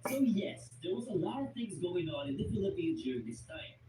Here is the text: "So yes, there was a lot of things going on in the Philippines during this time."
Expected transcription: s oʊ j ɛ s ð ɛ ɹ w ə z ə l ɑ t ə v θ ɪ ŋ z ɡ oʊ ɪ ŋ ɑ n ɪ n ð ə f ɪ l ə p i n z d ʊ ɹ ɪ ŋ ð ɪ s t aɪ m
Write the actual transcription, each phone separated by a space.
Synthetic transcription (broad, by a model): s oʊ j ɛ s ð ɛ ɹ w ə z ə l ɑ t ə v θ ɪ ŋ z ɡ oʊ ɪ ŋ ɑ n ɪ n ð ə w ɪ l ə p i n d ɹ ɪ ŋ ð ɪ s t aɪ m